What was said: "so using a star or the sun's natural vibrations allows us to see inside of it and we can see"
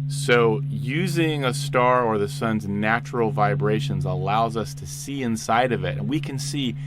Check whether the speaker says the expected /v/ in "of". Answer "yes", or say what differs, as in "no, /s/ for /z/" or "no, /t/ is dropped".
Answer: yes